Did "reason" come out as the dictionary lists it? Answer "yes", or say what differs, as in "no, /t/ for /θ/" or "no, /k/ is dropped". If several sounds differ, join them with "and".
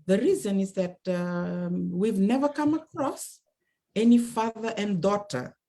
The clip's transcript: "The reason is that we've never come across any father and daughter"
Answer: yes